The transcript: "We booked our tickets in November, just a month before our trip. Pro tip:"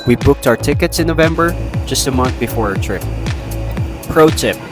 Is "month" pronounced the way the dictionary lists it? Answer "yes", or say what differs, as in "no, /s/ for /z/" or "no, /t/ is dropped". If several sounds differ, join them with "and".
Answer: yes